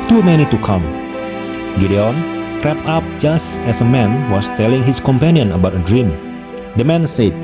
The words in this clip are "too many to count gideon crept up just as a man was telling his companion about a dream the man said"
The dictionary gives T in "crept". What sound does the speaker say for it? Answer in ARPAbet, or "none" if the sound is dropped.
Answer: none